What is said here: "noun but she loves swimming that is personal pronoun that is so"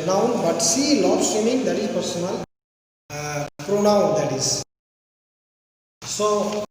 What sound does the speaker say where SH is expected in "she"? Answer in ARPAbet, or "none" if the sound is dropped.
S